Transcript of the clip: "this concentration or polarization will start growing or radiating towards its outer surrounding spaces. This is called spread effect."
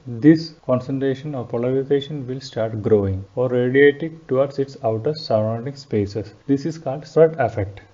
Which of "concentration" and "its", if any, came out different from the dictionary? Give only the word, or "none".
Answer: none